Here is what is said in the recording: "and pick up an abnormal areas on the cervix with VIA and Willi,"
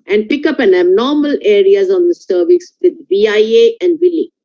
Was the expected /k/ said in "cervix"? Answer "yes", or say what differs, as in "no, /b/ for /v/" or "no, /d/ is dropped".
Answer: no, /k/ is dropped